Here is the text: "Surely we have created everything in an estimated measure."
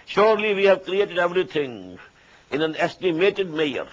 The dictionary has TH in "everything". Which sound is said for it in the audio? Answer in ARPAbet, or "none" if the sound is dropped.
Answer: T